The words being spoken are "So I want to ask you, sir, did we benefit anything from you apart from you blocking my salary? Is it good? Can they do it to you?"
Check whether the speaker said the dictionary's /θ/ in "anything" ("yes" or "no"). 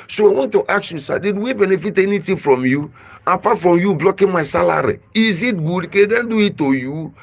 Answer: no